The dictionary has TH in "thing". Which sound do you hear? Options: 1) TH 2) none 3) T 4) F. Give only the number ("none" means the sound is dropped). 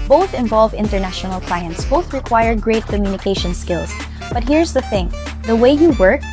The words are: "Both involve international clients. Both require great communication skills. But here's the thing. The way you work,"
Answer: 1